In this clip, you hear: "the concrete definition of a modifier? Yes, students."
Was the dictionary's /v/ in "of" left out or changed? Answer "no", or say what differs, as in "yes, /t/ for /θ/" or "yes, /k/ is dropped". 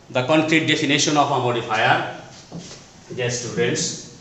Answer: yes, /p/ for /v/